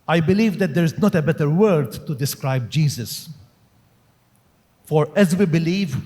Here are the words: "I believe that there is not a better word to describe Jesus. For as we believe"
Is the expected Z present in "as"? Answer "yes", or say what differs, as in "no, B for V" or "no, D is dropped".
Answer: yes